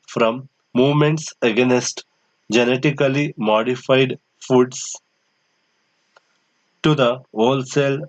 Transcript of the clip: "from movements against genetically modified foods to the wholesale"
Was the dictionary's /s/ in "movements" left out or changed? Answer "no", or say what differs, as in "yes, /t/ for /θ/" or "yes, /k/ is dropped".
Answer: no